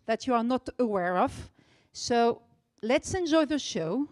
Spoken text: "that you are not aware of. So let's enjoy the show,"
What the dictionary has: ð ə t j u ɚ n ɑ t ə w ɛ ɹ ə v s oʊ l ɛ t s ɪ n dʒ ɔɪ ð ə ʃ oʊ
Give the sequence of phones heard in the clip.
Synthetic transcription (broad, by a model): ð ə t j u ɚ n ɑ t ə w ɛ ɹ ə v s oʊ l ɛ t s ɪ n dʒ ɔɪ ð ə ʃ oʊ